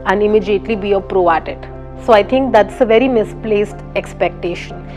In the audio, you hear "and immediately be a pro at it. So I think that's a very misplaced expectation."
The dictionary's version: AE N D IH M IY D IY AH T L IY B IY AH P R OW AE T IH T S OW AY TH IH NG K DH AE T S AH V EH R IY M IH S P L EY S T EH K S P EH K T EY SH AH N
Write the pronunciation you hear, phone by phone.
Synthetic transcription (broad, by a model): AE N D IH M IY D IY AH T L IY B IY AH P R OW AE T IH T S OW AY T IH NG K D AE T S AH V EH R IY M IH S P L EY S T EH K S P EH K T EY SH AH N